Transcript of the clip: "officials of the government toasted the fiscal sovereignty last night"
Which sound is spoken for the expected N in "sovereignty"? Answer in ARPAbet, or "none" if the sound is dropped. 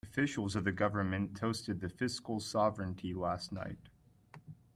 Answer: N